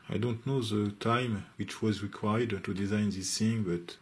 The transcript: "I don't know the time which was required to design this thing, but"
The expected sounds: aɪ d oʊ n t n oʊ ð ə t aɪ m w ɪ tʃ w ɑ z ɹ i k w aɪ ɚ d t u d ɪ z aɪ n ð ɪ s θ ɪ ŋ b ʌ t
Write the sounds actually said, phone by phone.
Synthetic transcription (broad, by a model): aɪ d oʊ n t n oʊ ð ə t aɪ m w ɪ tʃ w ɑ z ɹ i k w aɪ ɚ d t u d ɪ z aɪ n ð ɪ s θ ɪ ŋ b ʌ t